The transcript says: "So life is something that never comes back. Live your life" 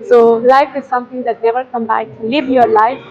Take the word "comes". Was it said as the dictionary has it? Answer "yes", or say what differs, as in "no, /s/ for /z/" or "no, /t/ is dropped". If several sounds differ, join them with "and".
no, /z/ is dropped